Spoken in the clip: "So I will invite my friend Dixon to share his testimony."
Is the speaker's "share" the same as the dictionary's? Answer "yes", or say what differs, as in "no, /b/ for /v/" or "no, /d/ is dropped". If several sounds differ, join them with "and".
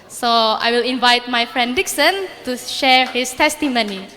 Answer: yes